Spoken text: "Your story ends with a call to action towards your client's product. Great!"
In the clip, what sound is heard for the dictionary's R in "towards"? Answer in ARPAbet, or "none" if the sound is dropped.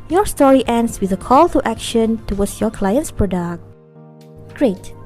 W